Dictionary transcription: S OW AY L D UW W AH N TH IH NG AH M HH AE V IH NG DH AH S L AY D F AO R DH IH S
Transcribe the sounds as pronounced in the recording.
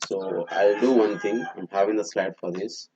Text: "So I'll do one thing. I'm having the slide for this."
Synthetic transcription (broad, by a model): S OW AY L D UW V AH N T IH NG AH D HH AE V IH NG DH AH S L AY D F AO R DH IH S